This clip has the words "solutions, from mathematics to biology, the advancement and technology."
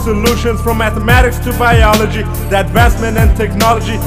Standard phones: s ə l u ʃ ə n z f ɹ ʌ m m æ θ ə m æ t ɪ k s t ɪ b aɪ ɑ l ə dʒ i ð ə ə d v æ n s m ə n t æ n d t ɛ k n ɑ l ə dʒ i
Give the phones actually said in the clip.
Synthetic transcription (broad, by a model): s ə l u ʃ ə n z f ɹ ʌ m m æ θ ə m æ t ɪ k s t ɪ b aɪ ɑ l ə dʒ i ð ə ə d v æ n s m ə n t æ n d t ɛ k n ɑ l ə dʒ i